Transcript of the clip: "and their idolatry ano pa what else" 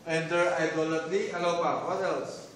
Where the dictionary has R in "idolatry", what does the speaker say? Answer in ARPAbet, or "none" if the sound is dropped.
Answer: L